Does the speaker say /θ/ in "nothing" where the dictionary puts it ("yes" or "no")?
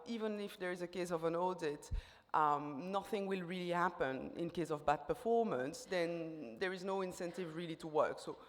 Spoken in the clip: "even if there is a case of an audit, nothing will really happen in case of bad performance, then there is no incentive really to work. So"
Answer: yes